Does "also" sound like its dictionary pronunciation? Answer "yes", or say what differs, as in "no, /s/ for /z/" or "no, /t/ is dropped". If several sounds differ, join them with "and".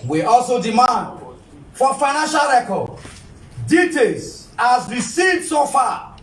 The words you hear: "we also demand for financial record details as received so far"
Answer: yes